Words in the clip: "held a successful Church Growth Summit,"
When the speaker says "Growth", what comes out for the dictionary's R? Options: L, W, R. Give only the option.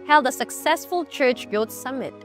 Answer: L